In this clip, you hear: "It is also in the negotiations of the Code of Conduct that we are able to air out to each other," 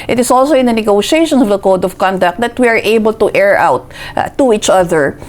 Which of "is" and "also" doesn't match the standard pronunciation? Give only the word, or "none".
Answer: is